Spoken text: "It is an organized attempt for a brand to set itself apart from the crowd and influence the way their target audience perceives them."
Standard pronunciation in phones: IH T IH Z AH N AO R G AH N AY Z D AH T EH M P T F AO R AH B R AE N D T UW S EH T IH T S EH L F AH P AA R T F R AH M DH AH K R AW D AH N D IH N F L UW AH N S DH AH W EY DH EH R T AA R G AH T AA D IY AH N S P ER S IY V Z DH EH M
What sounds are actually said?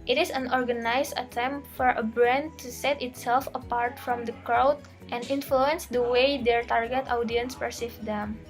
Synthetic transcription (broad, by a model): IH T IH S AH N AO R G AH N AY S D AH T EH M P T F AO R AH B R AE N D T UW S EH T IH T S EH L F AH P AA R T F R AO M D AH K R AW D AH N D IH N F L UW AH N S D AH W EY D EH R T AA R G AH T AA D IY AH N S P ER S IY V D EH M